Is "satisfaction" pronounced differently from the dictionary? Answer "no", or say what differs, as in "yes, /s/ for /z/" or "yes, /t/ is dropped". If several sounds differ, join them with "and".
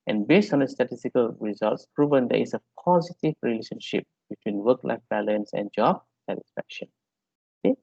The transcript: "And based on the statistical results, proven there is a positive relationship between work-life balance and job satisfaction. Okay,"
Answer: no